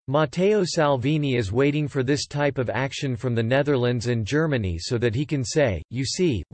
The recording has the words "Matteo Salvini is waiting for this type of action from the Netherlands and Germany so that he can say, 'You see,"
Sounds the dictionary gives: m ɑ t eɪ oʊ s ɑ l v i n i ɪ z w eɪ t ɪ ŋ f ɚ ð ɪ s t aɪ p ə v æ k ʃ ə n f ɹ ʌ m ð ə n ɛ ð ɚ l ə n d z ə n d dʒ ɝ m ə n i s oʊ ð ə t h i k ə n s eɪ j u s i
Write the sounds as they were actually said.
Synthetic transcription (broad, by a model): m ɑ t eɪ oʊ s ɑ l v i n i ɪ z w eɪ t ɪ ŋ f ɚ ð ɪ s t aɪ p ə v æ k ʃ ə n f ɹ ʌ m ð ə n ɛ ð ɚ l ə n d z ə n dʒ ɝ m ə n i s oʊ ð ə t h i k ə n s eɪ j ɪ s i